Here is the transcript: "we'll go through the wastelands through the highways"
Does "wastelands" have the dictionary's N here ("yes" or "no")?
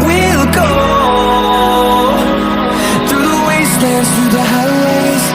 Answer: no